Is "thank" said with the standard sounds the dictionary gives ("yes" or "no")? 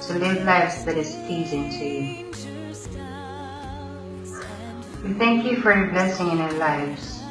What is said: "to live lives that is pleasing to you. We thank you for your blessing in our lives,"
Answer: yes